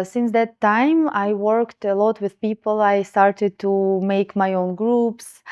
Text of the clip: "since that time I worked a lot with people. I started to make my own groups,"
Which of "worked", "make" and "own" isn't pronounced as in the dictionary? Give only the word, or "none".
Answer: none